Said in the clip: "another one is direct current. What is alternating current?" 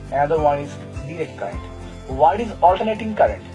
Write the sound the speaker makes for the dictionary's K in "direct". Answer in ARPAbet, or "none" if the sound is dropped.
K